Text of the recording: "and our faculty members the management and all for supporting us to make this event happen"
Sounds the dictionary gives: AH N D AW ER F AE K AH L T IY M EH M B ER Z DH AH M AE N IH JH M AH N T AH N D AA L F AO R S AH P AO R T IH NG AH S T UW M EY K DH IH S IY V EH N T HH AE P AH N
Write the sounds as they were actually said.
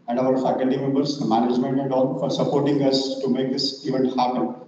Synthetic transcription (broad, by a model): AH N D AW ER F AE K AH L T IY M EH M B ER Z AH M AE N IH JH M AH N T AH N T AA N F AO R S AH P AO R T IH NG AH S T UW M EY K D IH S IY V EH N T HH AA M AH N